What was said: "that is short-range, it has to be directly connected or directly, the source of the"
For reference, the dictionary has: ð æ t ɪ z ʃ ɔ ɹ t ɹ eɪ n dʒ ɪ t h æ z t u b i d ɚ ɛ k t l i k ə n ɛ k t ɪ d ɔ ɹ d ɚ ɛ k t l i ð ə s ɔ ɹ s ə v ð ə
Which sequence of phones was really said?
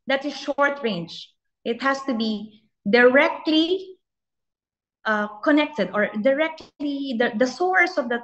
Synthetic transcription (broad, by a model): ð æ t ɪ ʃ ɔ ɹ t ɹ eɪ n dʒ ɪ t h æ s t u b i d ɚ ɛ k t l i k ə n ɛ k t ɪ d ɔ ɹ d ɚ ɛ k t l i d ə s ɔ ɹ s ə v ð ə